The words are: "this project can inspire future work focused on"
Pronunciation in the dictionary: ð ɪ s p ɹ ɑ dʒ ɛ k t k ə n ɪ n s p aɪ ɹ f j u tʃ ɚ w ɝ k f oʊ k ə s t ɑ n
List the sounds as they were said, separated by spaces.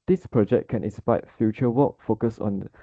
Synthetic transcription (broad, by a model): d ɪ s p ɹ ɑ dʒ ɛ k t k ə n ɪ n s p aɪ f j u tʃ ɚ w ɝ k f oʊ k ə s ɑ n